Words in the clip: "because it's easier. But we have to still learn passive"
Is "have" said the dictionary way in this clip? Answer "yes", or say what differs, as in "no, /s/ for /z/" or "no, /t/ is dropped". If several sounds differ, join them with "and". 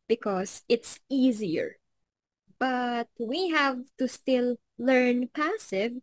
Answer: yes